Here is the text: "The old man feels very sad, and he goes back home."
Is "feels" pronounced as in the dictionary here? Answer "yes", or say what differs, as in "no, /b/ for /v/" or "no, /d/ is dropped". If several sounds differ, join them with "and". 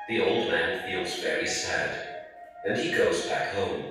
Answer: yes